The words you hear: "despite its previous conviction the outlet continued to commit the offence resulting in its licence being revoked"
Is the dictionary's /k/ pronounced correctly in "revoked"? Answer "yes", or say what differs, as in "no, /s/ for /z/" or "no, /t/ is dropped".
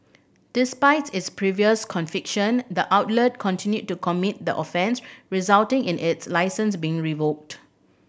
yes